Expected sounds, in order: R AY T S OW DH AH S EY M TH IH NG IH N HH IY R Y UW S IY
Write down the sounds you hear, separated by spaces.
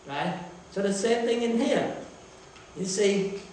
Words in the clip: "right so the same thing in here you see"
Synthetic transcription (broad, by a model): R AY T S OW DH AH S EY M TH IH NG IH N HH IY R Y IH S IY